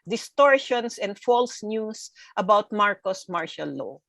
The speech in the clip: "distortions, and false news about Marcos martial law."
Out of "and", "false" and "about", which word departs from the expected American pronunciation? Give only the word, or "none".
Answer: none